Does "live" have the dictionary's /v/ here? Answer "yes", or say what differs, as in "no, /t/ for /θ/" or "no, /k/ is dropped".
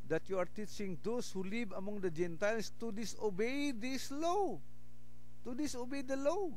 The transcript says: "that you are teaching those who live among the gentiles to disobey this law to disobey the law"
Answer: no, /b/ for /v/